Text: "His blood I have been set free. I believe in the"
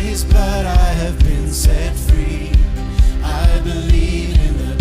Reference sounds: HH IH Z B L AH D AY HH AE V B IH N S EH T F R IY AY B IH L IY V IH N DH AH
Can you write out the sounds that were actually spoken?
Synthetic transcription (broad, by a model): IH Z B AH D AY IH V B IH N S EH T F R IY AY B IH L IY V IH N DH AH